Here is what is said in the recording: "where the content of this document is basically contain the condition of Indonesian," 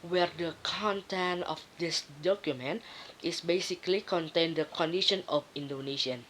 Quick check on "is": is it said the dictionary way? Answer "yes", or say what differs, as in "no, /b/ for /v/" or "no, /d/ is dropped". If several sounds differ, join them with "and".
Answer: no, /s/ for /z/